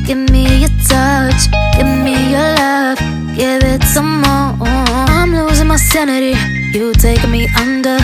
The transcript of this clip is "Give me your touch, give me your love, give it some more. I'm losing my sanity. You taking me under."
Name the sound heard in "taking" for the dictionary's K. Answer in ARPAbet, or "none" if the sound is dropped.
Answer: none